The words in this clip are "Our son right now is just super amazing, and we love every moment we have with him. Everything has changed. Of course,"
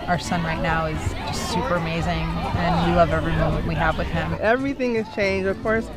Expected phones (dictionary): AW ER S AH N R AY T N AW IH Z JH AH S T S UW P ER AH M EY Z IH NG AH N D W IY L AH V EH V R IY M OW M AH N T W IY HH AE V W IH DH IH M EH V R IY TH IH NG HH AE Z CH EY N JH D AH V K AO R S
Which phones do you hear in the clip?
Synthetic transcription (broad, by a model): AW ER S AH N R AY T N AW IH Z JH AH S T S UW P ER AH M EY Z IH NG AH N W IY L AH V EH V R IY M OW M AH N T W IY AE V W IH DH IH M EH V R IY TH IH NG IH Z CH EY N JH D AH V K AO R S